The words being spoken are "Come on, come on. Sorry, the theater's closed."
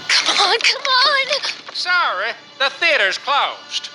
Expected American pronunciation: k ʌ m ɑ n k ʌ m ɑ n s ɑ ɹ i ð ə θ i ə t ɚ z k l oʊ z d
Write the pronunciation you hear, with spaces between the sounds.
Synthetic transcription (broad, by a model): k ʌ m ɑ n k ʌ m ɑ n s ɑ ɹ i ð ə θ i ə t ɚ z k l oʊ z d